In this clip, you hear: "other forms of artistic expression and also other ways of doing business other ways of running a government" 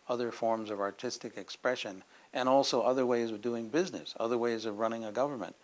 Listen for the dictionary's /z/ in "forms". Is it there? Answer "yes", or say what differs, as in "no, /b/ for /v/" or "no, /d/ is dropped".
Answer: yes